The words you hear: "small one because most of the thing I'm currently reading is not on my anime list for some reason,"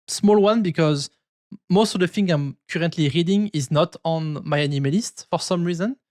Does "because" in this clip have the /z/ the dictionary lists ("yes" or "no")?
yes